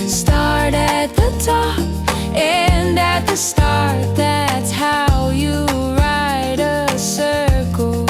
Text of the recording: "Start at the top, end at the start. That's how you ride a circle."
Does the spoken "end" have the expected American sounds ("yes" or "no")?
no